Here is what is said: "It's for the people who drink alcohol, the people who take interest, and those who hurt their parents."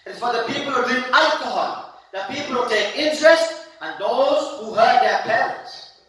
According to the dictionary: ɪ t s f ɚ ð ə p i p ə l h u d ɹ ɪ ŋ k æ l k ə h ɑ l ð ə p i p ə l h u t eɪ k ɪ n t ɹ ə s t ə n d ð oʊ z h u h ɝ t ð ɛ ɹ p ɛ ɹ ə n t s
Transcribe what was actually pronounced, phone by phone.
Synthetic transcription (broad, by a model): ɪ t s f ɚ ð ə p i p ə l h u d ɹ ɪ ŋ æ l k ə h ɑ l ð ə p i p ə l h u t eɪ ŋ ɪ n t ɹ ə s t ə n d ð oʊ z h u h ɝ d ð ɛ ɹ p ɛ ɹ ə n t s